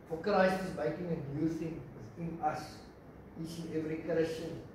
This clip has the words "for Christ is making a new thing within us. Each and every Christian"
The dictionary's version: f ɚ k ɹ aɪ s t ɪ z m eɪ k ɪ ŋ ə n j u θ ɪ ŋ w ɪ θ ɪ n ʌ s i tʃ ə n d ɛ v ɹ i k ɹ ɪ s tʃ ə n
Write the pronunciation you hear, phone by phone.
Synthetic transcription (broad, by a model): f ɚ k l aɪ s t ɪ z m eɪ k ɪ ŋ ə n j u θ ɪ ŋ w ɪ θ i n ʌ s i tʃ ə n ɛ v ɹ i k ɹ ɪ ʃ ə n